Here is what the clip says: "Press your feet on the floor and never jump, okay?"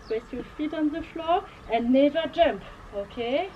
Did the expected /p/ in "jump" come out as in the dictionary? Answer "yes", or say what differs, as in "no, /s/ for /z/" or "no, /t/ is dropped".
yes